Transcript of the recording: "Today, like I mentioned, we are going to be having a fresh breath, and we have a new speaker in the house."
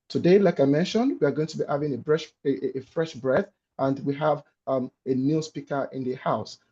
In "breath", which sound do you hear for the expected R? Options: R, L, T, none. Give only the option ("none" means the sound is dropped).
R